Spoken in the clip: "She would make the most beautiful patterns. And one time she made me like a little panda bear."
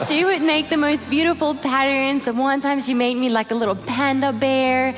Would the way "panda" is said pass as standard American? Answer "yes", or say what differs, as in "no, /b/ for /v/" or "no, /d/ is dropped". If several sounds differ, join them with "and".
yes